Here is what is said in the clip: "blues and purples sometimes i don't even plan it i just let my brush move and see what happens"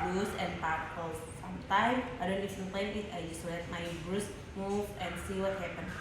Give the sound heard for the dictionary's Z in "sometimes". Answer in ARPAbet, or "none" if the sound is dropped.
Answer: none